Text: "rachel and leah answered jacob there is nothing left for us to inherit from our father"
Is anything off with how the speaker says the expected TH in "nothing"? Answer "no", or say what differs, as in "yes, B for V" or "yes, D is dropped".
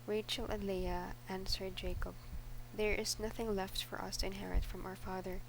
no